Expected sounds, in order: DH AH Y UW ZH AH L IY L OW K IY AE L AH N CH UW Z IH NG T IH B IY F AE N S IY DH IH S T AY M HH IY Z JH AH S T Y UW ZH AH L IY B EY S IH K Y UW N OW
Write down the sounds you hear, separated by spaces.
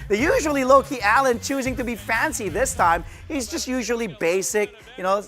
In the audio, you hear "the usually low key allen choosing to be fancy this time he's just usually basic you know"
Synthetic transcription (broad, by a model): DH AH Y UW ZH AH L IY L OW K IY AE L AH N CH UW Z IH NG T IH B IY F AE N S IY DH IH S T AY M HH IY Z JH AH S T Y UW ZH AH L IY B EY S IH K Y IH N OW